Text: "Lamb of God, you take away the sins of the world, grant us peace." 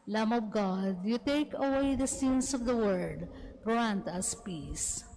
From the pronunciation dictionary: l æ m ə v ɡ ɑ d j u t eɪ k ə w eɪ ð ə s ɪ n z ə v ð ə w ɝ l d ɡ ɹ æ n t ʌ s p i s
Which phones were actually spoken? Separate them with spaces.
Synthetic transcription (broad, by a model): l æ m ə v ɡ ɑ d j u t eɪ k ə w eɪ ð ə s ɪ n s ə v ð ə w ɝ d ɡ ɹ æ n t ʌ s p i s